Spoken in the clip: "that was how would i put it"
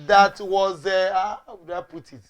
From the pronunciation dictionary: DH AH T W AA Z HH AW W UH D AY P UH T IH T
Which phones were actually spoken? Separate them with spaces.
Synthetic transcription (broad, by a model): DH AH T W AA Z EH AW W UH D AY P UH T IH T